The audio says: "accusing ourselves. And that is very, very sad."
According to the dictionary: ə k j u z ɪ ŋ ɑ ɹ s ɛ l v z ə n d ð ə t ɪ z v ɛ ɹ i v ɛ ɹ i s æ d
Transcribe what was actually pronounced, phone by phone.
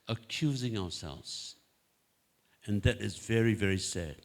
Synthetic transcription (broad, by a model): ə k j u z ɪ ŋ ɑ ɹ s ɛ l v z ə n ð ə t ɪ z v ɛ ɹ i v ɛ ɹ i s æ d